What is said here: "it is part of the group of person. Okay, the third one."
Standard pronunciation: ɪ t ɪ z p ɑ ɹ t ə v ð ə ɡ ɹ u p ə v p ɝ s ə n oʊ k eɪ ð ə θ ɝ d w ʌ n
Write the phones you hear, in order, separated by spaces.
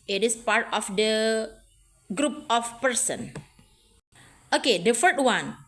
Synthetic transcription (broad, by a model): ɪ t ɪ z p ɑ ɹ t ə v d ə ɡ ɹ u p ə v p ɝ s ə n oʊ k eɪ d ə f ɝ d w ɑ n